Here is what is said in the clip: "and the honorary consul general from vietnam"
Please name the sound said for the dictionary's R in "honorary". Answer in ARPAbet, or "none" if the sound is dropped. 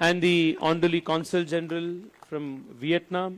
L